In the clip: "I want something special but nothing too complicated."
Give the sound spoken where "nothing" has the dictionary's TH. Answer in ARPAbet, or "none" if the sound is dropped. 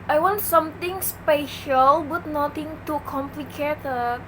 T